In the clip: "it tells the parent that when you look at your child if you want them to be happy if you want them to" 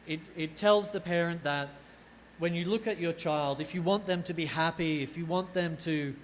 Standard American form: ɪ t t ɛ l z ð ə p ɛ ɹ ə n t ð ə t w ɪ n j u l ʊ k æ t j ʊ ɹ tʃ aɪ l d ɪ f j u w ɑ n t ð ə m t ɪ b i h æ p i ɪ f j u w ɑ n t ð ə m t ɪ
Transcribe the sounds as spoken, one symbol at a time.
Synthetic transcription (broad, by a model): ɪ t t ɛ l z ð ə p ɛ ɹ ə n ð ə t w ɪ n j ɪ l ʊ k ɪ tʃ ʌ ɹ tʃ aɪ l d ɪ f j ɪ w ɑ n ð ə m t ɪ b i h æ p i ɪ f j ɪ w ɑ n ð ə m t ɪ